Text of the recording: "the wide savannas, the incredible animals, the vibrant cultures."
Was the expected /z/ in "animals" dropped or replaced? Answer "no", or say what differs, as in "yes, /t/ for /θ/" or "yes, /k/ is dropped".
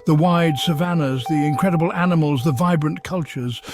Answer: no